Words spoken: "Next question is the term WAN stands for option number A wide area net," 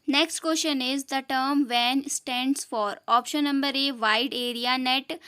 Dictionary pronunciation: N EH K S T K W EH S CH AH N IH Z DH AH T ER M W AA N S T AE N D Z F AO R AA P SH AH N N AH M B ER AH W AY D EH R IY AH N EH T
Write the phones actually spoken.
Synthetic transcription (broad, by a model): N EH K S T K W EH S SH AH N IH Z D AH T ER M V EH N S T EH N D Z F AO R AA P SH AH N N AH M B ER AH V AY D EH R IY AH N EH T